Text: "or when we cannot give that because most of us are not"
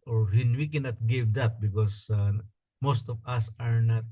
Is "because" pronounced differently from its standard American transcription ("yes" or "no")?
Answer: yes